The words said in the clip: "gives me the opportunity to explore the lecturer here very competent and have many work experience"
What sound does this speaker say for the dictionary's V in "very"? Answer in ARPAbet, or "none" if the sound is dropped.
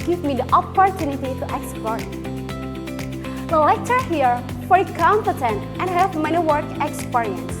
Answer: F